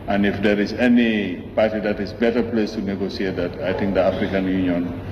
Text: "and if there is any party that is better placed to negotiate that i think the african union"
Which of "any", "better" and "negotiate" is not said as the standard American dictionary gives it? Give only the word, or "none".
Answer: negotiate